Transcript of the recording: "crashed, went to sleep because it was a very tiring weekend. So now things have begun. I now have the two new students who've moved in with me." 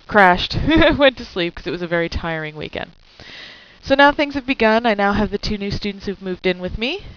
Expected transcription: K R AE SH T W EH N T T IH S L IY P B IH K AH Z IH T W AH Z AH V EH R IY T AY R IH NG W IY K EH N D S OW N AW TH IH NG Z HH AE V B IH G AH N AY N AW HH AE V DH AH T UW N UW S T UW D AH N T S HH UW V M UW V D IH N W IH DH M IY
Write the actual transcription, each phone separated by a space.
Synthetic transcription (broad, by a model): K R AE SH T W EH N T T IH S L IY P K AH Z IH T W AH Z AH V EH R IY T AY R IH NG W IY K EH N D S OW N AW TH IH NG Z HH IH V B IH G AH N AY N AW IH V DH AH T UW N UW S T UW D N T S HH UW V M UW V D IH N W IH DH M IY